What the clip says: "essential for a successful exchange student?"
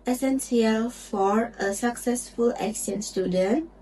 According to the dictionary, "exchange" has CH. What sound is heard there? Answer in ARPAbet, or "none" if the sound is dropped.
none